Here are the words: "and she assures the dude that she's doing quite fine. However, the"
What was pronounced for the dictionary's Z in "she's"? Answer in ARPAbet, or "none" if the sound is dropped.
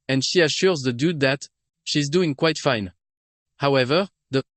Z